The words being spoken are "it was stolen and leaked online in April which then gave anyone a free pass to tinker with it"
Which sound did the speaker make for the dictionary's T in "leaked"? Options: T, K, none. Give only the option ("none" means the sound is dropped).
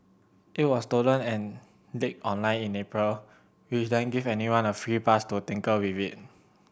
none